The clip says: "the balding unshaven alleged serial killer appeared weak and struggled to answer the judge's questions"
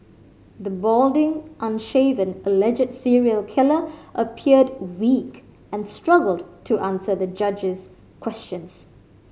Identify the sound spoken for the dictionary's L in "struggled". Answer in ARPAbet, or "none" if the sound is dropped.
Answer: L